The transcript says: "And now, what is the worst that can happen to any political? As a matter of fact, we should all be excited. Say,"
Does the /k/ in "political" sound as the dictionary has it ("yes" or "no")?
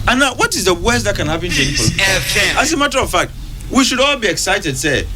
no